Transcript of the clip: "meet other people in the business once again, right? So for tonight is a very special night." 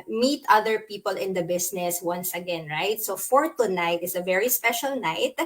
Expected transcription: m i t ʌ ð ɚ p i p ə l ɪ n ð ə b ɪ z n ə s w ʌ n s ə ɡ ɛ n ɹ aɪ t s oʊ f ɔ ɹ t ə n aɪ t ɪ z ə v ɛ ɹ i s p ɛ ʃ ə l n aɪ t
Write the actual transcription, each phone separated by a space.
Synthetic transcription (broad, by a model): m i t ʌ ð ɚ p i p ə l ɪ n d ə b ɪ s n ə s w ʌ n s ə ɡ ɛ n ɹ aɪ t s oʊ f ɔ ɹ t ə n aɪ t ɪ s ə v ɛ ɹ i s p ɛ ʃ ə l n aɪ t